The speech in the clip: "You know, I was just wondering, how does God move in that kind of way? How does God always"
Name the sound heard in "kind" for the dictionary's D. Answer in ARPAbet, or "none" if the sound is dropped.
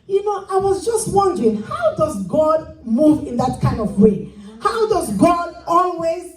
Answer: D